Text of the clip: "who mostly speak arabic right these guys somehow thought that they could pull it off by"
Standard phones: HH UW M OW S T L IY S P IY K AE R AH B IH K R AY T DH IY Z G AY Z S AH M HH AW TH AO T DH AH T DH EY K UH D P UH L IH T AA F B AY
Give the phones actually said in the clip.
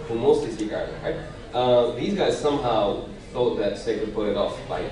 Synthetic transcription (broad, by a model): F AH M OW S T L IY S IY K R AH IH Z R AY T DH IY Z G AY Z S AH M HH AW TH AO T DH AH T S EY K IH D P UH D IH T AA F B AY